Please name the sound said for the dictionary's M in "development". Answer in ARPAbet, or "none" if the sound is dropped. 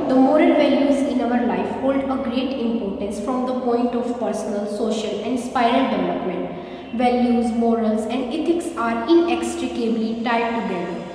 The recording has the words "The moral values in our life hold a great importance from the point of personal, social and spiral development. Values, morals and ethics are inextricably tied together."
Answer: M